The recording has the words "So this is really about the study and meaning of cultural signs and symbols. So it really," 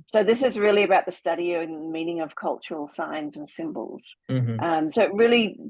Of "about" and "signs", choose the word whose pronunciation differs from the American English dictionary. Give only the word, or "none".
none